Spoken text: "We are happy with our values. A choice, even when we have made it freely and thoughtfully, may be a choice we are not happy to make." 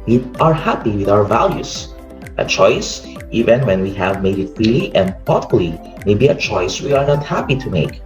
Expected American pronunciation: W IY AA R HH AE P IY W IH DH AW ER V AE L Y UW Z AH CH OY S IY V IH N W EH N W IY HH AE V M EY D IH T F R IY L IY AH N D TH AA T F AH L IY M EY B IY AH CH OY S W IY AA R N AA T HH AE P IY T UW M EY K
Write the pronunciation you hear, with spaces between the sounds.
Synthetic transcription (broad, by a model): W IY AA R HH AE P IY W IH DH AW ER V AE L Y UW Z AH CH OY S IY V IH N W EH N W IY HH AE V M EY D IH T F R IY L IY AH N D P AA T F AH L IY M EY B IY AH CH OY S W IY AA R N AA T HH AE P IY T UW M EY K